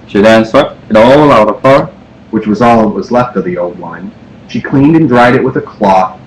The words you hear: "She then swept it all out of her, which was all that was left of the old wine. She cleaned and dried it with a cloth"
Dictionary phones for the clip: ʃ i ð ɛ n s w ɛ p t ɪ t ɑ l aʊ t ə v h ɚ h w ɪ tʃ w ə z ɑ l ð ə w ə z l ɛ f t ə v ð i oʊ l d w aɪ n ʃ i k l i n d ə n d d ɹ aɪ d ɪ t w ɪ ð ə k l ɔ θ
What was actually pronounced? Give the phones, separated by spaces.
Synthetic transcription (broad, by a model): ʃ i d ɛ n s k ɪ t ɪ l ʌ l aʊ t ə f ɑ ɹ w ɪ tʃ w ə z ɑ l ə w ə z l ɛ f t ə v ð i oʊ l d w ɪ n ʃ i k l i n d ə n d d ɹ aɪ d ɪ t w ɪ ð ə k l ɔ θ